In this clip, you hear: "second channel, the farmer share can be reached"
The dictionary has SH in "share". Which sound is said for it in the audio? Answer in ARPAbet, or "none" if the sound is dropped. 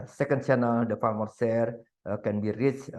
S